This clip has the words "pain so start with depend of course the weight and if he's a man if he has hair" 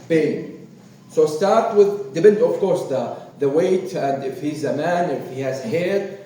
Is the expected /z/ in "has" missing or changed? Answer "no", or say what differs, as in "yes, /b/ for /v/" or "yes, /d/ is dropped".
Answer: no